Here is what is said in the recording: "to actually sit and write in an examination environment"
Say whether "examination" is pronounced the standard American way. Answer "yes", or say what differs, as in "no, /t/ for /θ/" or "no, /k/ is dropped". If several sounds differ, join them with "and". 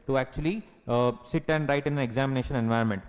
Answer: yes